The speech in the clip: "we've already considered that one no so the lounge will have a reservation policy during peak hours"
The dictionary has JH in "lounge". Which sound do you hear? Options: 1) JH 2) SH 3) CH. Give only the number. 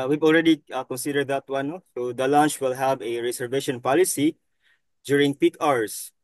3